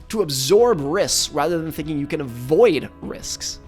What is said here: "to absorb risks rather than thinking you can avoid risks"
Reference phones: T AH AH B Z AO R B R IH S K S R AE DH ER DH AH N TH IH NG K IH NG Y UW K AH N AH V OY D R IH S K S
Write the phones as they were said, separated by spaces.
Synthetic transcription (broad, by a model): T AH AH B Z AO R B R IH S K S R AE DH ER DH AH N TH IH NG K IH NG Y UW K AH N AH V OY D R IH S K S